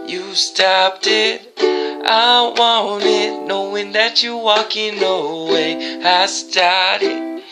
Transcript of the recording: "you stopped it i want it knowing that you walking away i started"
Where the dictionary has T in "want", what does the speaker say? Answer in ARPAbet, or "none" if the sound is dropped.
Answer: none